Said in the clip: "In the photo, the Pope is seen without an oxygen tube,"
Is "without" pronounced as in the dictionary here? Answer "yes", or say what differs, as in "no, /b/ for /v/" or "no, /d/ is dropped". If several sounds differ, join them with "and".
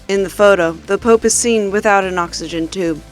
yes